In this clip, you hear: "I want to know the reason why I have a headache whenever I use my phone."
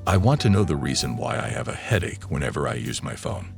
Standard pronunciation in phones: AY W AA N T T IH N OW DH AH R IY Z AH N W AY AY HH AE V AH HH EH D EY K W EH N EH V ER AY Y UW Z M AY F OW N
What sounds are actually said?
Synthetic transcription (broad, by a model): AY W AA N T T IH N OW DH AH R IY Z AH N W AY AY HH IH V AH HH EH D EY K W EH N EH V ER AY Y UW Z M AY F OW N